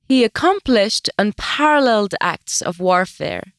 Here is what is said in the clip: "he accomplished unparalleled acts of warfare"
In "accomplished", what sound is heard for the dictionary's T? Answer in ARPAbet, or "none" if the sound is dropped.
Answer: T